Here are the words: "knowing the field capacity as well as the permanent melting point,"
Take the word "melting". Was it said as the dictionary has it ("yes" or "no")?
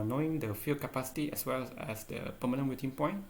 no